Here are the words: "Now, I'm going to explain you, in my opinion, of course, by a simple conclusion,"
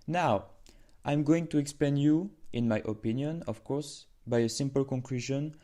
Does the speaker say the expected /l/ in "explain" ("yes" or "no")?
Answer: no